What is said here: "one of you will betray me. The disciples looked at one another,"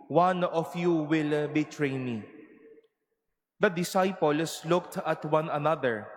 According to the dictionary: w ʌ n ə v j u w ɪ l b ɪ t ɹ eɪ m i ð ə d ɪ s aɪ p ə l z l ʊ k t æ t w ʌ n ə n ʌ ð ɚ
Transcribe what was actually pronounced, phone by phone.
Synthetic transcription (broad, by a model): w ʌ n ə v j u w ɪ l b ɪ t ɹ eɪ m i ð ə d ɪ s aɪ p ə l s l ʊ k t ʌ t w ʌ n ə n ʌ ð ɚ